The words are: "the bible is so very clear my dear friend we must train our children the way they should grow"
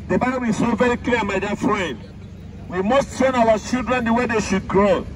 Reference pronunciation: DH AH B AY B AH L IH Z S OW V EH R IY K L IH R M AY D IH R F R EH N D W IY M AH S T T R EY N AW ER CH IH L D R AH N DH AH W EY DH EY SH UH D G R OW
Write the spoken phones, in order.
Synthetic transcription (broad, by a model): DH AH B AY B AH L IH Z S OW V EH R IY K L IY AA M AY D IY F R EH N D W IY M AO S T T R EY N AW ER CH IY L D R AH N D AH W EY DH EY SH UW D G R OW